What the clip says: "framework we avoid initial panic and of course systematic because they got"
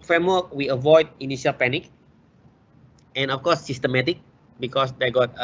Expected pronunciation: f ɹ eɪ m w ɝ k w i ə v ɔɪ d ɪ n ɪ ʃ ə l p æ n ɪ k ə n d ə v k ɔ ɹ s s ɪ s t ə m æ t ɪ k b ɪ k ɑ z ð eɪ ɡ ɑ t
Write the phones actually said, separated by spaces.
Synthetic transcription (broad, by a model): f ɹ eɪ m w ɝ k w i ə v ɔɪ d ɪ n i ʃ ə l p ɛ n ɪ k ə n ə f k ɔ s s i s t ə m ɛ t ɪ k b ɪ k ɑ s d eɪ ɡ ɑ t